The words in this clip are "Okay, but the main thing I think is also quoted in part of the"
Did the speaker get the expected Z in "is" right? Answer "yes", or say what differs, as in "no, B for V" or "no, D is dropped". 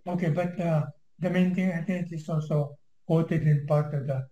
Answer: no, S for Z